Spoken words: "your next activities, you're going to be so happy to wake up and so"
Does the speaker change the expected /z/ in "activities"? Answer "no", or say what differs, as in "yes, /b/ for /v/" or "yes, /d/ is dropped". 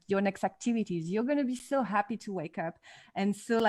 no